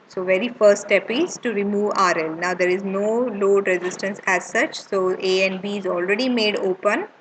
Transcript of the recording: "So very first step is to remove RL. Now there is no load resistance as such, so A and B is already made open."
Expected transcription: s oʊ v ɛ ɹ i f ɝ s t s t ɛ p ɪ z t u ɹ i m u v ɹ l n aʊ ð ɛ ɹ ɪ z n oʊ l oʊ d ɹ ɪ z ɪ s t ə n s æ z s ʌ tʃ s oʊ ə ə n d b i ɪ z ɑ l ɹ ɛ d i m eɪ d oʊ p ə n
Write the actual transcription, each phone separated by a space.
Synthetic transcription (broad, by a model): s oʊ v ɛ ɹ i f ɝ t s t ɛ p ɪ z t u ɹ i m u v ɹ l n aʊ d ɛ ɹ ɪ z n oʊ l oʊ d ɹ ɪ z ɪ s t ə n s æ z s ʌ tʃ s oʊ ə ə n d b i ɪ z ɑ l ɹ ɛ d i m eɪ d oʊ p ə n